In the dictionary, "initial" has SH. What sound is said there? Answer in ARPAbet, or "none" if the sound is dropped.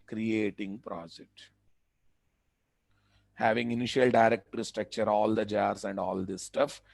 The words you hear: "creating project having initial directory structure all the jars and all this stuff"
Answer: SH